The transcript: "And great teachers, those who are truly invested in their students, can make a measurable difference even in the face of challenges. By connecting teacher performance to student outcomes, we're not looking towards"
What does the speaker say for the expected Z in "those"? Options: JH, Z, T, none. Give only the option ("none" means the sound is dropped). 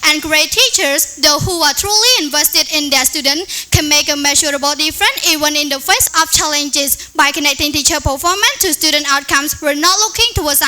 none